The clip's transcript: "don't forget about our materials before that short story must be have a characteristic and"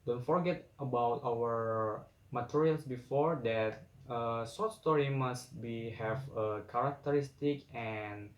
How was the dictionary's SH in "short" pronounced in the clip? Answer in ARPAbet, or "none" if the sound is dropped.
S